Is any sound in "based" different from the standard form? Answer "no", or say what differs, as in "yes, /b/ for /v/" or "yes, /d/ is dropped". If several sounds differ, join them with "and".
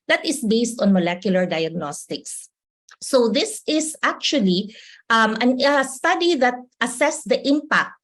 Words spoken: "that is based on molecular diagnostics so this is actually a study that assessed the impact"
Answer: no